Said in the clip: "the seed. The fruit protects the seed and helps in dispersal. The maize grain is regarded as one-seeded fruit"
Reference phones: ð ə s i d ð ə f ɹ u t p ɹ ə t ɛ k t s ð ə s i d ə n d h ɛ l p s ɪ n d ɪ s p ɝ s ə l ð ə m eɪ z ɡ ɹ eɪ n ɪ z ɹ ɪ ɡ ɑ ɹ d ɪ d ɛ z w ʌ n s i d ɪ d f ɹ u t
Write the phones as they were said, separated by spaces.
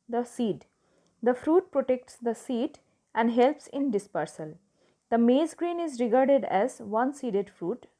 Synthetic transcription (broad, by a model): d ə s i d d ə f ɹ u t p ɹ ə t ɛ k t s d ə s i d ə n d h ɛ l p s ɪ n d ɪ s p ɝ s ə l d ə m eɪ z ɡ ɹ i n ɪ z ɹ ɪ ɡ ɑ ɹ d ɪ d ɛ z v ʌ n s i d ɪ d f ɹ u t